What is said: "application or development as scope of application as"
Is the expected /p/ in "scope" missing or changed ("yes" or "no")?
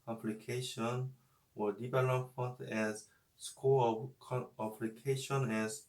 yes